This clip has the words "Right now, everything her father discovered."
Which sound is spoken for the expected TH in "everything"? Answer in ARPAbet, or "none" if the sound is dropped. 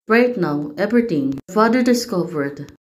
T